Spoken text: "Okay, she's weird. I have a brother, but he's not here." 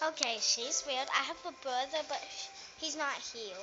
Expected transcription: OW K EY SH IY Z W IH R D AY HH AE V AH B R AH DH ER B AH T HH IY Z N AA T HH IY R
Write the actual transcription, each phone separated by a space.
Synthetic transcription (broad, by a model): OW K EY SH IY Z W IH L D AY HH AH V AH B R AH DH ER B AH T HH IY Z N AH T HH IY